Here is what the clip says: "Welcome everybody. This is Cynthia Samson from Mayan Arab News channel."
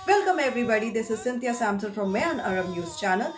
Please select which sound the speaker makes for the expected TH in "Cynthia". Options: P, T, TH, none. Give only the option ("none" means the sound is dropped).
T